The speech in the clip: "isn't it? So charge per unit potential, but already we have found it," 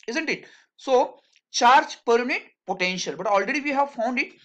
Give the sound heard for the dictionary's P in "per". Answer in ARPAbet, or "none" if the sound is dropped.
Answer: P